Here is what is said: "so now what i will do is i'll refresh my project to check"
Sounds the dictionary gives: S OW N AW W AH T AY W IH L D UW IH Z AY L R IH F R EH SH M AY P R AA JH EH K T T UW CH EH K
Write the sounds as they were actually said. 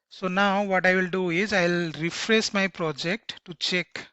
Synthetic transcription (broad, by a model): S OW N AW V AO T AY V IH L D UW IH Z AY L R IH F R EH S M AY P R AA JH EH K T T UW CH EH K